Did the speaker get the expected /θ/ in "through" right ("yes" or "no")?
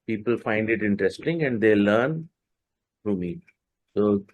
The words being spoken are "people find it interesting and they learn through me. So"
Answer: no